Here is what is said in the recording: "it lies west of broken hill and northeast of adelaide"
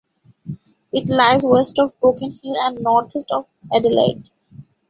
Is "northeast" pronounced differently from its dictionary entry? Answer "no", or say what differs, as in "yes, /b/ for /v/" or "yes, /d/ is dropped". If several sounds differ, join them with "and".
yes, /t/ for /θ/